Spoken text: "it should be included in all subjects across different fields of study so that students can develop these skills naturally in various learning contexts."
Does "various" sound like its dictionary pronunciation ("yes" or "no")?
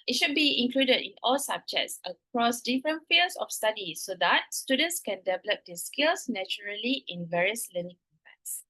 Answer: yes